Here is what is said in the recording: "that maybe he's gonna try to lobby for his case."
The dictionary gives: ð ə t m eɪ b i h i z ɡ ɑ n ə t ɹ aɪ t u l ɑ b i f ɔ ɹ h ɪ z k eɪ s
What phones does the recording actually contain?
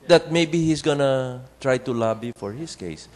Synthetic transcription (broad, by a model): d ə t m eɪ b i h i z ɡ ɑ n ə t ɹ aɪ t u l ɑ b i f ɔ ɹ h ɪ s k eɪ s